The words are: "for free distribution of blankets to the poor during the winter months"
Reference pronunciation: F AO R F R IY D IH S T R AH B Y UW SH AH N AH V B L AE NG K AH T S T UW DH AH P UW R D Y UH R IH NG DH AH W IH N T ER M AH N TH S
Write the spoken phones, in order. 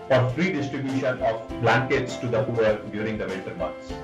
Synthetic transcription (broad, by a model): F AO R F R IY D IH S T R AH B Y UW SH AH N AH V B L AE NG K AH T S T UW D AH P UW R D Y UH R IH NG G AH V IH L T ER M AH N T S